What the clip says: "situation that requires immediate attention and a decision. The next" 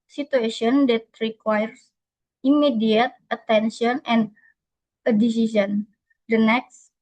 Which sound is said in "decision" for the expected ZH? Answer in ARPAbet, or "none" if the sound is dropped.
S